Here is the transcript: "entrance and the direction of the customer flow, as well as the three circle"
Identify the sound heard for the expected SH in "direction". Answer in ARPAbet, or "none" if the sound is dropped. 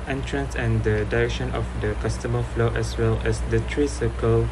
SH